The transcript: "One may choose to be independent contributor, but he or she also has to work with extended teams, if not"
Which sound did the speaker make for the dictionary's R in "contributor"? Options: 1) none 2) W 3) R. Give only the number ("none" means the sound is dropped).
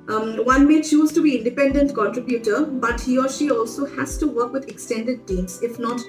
3